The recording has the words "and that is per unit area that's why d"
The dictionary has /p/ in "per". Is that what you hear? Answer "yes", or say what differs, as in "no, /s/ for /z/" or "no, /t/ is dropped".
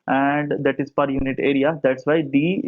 yes